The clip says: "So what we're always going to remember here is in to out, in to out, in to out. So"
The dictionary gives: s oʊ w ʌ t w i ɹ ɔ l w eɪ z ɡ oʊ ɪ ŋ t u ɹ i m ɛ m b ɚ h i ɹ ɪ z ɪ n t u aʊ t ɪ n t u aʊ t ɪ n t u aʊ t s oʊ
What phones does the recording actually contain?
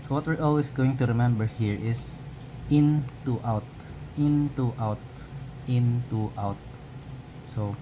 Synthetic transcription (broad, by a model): s oʊ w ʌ t w i ɹ ɔ l w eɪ s ɡ oʊ ɪ ŋ t u ɹ i m ɛ m b ɚ h i ɹ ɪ s ɪ n t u aʊ t ɪ n t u aʊ t ɪ n t u aʊ t s oʊ